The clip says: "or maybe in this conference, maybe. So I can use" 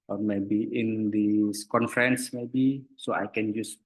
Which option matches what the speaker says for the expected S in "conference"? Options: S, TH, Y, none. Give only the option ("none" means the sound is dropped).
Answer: S